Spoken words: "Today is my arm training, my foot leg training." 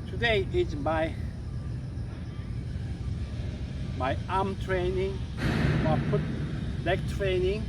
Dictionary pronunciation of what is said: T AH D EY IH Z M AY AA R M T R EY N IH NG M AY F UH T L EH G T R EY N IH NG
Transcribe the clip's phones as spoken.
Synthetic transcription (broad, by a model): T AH D EY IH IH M AY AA M T R EY N IH NG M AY P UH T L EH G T R EY N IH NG